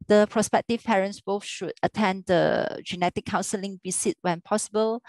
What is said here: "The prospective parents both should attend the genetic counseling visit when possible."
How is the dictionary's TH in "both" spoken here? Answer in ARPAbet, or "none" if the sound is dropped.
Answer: F